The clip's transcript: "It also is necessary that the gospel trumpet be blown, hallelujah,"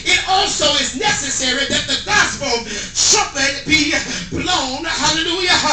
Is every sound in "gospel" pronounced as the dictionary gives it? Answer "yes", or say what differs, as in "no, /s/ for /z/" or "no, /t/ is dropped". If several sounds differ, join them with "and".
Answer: no, /b/ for /p/